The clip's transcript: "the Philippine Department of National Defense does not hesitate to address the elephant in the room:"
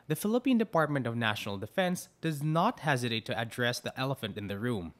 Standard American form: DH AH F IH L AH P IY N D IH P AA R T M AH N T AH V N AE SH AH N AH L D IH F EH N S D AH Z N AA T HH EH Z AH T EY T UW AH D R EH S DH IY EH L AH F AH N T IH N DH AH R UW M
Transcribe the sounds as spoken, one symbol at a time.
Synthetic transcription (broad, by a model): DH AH F IH L AH P IY N D IH P AA R T M AH N T AH V N AE SH AH N AH L D IH F EH N S D AH Z N AA T HH EH Z AH T EY T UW AH D R EH S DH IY EH L AH F AH N T IH N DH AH R UW M